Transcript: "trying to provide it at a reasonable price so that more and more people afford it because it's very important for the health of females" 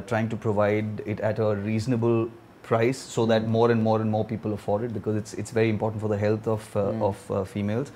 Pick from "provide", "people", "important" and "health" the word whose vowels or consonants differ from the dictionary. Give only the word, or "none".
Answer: health